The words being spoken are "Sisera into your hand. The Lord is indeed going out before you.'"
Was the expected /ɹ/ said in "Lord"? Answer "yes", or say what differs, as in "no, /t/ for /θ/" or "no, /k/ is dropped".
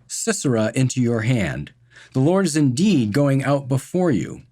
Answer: yes